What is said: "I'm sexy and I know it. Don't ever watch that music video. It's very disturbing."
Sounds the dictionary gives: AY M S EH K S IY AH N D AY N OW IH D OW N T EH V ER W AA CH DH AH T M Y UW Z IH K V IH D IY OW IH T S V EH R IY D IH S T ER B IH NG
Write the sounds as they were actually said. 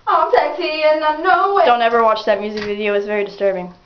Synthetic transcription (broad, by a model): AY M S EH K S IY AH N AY N OW IH D OW N T EH V ER W AA CH DH AH T M Y UW Z IH K V IH D IY OW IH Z V EH R IY D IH S T ER B IH NG